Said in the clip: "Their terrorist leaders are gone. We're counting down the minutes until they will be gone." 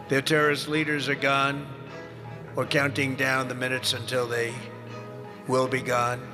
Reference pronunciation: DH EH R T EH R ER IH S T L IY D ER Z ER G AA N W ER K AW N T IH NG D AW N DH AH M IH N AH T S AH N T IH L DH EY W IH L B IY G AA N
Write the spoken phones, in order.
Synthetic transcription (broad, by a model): DH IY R T EH R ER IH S L IY D ER Z ER G AA N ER K AW N T IH NG D AW N DH AH M IH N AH T S AH N T IH L DH EY W IH L B IY G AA N